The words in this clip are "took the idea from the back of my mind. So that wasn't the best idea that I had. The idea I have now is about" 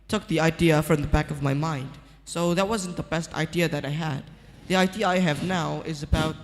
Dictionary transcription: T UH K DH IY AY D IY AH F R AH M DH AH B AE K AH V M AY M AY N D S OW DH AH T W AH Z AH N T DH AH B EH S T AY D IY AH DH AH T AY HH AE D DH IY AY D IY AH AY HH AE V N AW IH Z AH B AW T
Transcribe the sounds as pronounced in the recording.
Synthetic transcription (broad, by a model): T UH K DH IY AY D IY AH F R AH M DH AH B AE K AH V M AY M AY N D S OW DH AH T W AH Z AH N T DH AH B EH S T AY D IY AH DH AH T AY HH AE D DH IY AY D IY AH AY HH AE V N AW IH Z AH B AW T